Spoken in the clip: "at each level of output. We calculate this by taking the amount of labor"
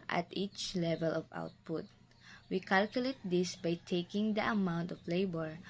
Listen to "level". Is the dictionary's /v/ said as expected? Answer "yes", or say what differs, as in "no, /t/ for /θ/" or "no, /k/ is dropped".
yes